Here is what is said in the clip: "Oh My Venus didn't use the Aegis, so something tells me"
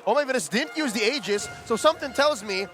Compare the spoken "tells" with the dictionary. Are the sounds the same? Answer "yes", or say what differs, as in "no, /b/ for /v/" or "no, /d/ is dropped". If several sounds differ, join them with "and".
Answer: yes